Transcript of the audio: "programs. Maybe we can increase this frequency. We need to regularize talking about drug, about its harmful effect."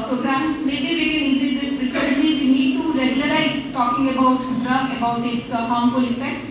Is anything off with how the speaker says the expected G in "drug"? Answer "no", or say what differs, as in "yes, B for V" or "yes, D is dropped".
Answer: yes, G is dropped